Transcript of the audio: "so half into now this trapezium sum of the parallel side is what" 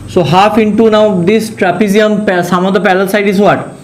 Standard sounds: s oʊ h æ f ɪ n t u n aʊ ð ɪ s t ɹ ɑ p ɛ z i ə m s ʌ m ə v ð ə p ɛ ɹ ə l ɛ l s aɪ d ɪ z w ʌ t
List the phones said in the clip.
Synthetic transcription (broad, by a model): s oʊ h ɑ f ɪ n t u n aʊ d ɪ s t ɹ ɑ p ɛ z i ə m s ʌ m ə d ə p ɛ l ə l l s aɪ d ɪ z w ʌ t